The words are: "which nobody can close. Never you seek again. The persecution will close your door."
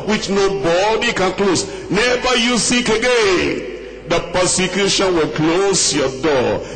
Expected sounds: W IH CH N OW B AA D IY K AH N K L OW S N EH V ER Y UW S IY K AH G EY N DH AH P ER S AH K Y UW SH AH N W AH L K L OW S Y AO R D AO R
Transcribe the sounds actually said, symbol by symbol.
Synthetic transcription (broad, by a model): W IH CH N OW B AA D IY K AH N K L OW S N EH V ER Y UW S IY K AH G EY N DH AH P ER S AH K Y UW SH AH N W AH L K L OW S Y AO D AO